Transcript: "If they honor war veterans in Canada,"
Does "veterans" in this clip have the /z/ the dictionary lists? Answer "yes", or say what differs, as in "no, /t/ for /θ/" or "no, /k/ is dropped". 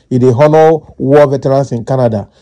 no, /s/ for /z/